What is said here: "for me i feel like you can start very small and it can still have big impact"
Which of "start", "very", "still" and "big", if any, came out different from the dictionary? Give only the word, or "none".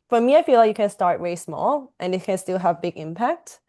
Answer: very